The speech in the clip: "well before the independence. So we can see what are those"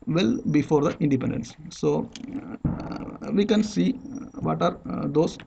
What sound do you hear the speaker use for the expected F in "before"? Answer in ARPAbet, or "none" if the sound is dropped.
F